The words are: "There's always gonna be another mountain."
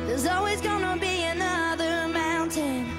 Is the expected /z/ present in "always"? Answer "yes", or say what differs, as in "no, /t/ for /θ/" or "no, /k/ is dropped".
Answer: yes